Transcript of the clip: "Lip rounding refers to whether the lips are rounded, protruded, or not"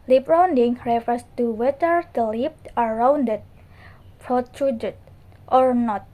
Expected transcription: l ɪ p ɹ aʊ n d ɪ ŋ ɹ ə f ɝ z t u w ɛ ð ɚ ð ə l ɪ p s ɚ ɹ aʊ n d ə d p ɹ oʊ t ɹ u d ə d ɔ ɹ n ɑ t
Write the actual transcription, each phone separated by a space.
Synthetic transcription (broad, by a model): l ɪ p ɹ aʊ n d ɪ ŋ ɹ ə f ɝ s t u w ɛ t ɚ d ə l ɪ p ɚ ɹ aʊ n d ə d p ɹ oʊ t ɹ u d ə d ɔ ɹ n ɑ t